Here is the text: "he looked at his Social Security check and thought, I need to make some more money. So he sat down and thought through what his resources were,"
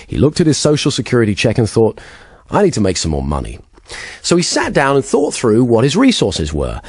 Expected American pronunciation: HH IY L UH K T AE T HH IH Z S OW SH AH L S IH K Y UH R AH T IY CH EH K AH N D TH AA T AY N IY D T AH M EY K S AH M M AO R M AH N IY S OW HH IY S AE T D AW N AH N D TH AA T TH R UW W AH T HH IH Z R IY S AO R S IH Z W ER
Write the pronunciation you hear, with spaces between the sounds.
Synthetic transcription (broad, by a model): HH IY L UH K T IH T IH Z S OW SH L S IH K Y UH R AH T IY CH EH K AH N TH AA T AY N IY D T AH M EY K S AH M M AO R M AH N IY S OW IY S AE T D AW N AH N TH AA T TH R UW W AH T HH IH Z R IY S AO R S IH Z W ER